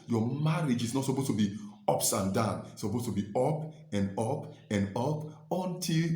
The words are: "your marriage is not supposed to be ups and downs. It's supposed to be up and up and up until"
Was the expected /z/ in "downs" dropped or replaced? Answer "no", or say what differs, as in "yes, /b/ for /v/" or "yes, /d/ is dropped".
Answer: yes, /z/ is dropped